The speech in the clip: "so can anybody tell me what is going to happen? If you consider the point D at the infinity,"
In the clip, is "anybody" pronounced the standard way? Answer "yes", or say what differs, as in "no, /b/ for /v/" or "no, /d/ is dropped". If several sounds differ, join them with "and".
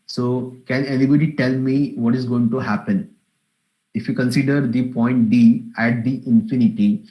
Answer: no, /l/ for /n/